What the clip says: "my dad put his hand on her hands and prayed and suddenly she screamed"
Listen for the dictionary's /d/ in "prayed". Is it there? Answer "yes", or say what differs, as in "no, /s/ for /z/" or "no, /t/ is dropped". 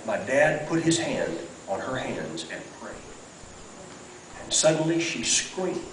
no, /d/ is dropped